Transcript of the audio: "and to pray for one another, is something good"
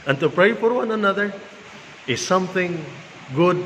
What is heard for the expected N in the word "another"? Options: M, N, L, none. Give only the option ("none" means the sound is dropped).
N